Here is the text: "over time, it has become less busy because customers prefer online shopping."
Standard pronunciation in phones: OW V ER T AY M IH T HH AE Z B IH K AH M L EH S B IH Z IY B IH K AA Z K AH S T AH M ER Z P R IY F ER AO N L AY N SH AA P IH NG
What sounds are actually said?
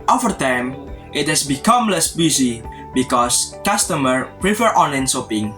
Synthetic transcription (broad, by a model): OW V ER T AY M IH T HH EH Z B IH K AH M L EH S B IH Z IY B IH K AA S K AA S T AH M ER P R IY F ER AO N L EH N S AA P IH NG